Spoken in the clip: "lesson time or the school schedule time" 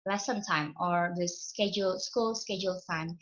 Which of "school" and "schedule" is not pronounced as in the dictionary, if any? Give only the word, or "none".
none